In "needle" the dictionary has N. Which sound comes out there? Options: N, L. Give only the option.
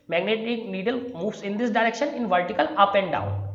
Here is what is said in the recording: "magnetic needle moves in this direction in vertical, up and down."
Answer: N